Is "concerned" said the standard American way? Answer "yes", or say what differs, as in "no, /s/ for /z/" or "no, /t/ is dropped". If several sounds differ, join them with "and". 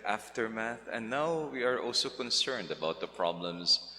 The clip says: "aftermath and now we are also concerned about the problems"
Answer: yes